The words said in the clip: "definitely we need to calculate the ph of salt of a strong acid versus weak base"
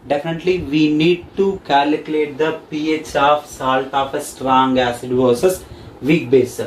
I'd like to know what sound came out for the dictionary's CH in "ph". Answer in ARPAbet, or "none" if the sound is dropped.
CH